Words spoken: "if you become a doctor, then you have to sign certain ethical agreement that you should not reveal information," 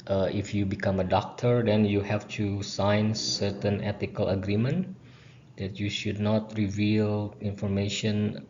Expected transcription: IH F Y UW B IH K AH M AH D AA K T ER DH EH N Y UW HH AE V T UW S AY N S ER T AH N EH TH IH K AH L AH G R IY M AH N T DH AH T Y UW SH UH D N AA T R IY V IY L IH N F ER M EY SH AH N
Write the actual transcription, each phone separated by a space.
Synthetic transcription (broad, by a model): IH F Y UW B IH K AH M AH D AA K T ER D EH N Y UW HH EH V T UW S AY N S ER T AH N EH T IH K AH L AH G R IY M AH N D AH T Y UW SH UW D N AA T R IY V IY L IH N F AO M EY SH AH N